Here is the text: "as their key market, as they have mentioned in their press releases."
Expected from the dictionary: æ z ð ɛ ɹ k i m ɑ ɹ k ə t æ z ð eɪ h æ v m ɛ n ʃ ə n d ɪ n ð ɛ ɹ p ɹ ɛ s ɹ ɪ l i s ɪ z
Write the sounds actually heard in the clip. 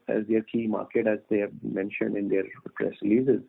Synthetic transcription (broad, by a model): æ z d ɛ ɹ k i m ɑ ɹ k ə t æ z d eɪ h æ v m ɛ n ʃ ə n d ɪ n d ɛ ɹ p ɹ ɛ s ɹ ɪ l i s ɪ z